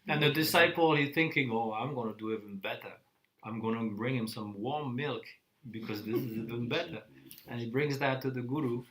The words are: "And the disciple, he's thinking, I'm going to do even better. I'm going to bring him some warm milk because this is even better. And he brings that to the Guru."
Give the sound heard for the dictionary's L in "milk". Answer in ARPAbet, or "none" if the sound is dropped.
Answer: L